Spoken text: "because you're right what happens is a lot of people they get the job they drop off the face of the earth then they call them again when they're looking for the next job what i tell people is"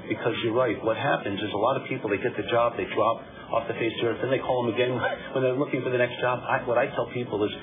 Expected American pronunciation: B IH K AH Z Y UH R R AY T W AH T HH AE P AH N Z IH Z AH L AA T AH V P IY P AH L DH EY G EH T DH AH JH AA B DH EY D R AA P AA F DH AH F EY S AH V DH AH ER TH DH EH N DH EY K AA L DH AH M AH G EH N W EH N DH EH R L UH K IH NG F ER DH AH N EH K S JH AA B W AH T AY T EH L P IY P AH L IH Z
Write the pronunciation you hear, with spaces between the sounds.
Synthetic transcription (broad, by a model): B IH K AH Z Y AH R R AY T W AH T HH AE P AH N Z IH Z AH L AA T AH V P IY P L DH EY G EH T DH AH JH AA B DH EY D R AA P AA F DH AH F EY S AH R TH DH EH N DH EY K AA L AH M AH G EH N W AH N DH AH R L UH K IH NG F ER DH AH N EH K S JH AA B W AH T AY T EH L P IY P L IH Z